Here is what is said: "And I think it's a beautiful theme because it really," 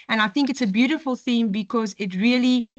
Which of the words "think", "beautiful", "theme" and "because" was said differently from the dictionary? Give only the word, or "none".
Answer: none